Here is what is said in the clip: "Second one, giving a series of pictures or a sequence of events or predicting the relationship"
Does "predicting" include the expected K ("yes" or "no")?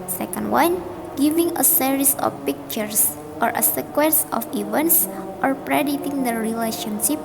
no